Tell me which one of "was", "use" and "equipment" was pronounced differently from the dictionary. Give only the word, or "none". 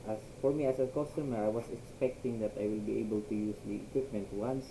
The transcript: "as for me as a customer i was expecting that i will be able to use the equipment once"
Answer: was